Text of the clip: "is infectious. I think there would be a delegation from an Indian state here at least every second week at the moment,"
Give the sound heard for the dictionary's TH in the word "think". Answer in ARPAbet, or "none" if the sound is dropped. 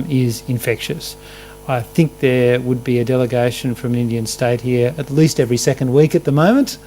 TH